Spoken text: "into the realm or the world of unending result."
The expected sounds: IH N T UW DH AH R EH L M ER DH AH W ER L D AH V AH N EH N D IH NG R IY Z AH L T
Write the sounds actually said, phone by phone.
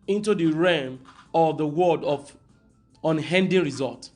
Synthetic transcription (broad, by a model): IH N T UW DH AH R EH M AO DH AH W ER D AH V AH N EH N D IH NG R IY Z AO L T